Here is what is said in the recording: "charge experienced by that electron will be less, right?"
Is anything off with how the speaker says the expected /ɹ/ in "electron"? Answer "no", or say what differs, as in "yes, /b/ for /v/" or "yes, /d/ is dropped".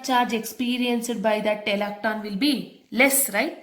yes, /ɹ/ is dropped